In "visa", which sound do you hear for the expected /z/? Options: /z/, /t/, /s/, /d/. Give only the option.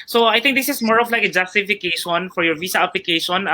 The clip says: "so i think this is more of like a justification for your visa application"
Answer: /s/